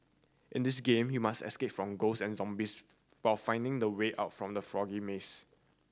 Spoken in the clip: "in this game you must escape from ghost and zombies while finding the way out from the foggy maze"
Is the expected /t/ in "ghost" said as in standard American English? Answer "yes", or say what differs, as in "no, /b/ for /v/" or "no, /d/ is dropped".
no, /t/ is dropped